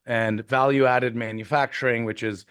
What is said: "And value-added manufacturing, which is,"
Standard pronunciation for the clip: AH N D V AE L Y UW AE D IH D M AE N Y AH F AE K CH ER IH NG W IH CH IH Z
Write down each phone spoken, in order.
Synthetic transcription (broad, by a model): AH N V AE L Y UW AE D IH D M AE N Y AH F AE K CH ER IH NG W IH CH IH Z